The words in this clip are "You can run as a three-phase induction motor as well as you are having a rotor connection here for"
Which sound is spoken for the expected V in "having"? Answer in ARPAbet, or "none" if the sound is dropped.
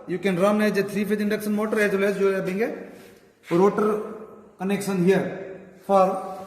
B